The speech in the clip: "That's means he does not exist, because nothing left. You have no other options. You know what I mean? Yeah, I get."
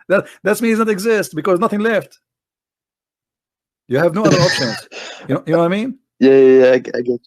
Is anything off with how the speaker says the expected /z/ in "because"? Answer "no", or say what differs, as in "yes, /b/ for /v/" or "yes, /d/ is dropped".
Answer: no